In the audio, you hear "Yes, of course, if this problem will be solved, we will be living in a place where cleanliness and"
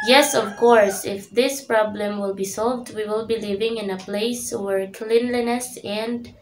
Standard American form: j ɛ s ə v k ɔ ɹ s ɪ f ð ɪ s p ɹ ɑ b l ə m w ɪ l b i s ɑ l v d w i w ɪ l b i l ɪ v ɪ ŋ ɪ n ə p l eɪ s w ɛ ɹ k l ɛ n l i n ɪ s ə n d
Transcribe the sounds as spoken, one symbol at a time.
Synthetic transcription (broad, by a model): j ɛ s ə v k ɔ ɹ s ɪ f ð ɪ s p ɹ ɑ b l ə m w ɪ l b i s ɑ l v d w i w ɪ l b i l ɪ v ɪ ŋ ɪ n ə p l eɪ s w ɛ ɹ k l ɛ n l i n ɪ s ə n d